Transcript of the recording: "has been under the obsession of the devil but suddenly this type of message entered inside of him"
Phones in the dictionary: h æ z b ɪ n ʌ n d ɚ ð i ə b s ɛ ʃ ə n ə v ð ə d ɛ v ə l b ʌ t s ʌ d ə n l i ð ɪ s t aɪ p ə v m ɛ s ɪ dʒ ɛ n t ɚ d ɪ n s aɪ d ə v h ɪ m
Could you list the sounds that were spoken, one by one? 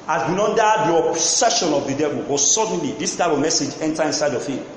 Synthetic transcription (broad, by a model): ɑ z b ɪ n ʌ n d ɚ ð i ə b s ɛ ʃ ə n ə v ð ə d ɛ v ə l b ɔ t s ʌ d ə n l i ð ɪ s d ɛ b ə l m ɛ s ɪ dʒ ɛ n t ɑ ɪ n s aɪ d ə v h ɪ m